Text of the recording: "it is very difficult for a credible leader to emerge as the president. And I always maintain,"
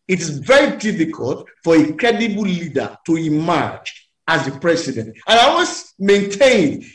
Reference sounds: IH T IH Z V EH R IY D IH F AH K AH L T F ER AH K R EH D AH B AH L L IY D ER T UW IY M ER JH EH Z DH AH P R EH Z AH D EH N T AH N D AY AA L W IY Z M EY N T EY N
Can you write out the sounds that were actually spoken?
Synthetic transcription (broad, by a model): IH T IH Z V EH R IY D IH F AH K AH L T F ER AH K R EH D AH B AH L L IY D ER T UW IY M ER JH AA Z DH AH P R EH S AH D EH N T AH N AY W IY S M EY N T EY N